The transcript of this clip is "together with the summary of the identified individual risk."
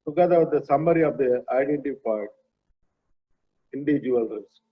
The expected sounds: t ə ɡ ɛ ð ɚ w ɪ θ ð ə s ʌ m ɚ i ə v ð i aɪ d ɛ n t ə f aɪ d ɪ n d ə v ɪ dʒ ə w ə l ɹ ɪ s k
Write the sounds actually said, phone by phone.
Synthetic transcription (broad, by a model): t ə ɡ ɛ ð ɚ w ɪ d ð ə s ʌ m ɚ i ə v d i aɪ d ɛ n t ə p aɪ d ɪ n d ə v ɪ dʒ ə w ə l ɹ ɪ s